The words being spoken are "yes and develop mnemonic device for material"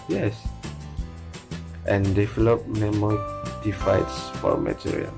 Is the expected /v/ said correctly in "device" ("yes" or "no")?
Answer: no